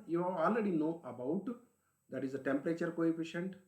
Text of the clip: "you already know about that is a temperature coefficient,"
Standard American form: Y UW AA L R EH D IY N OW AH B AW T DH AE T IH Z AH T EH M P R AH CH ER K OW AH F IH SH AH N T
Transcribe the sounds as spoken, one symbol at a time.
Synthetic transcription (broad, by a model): Y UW AA L R EH D IY N OW AH B AW T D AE T IH Z AH T EH M P R AH CH ER K OW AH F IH SH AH N T